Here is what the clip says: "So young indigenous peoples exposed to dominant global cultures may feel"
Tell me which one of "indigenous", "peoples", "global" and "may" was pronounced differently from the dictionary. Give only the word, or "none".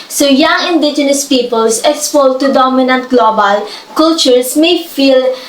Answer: peoples